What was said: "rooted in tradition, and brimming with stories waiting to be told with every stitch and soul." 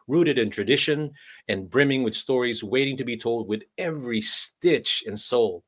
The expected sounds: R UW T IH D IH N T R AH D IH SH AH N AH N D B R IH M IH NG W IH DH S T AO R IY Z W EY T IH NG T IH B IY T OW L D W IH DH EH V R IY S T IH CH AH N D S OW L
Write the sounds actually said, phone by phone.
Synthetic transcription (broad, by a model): R UW T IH D IH N T R AH D IH SH AH N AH N B R IH M IH NG W IH DH S T AO R IY Z W EY T IH NG T IH B IY T OW L D W IH DH EH V R IY S T IH CH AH N S OW L